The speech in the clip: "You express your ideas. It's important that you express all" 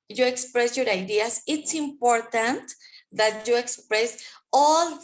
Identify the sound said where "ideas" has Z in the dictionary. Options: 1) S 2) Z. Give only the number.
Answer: 1